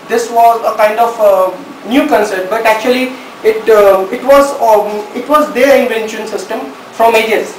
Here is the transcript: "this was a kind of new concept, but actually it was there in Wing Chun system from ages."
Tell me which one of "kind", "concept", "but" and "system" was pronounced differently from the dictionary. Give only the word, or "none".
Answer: concept